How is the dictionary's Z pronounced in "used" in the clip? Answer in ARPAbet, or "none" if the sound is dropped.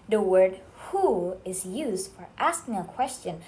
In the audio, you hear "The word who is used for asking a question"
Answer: Z